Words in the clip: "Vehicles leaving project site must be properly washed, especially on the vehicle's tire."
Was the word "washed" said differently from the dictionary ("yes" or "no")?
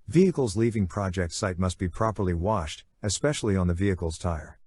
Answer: no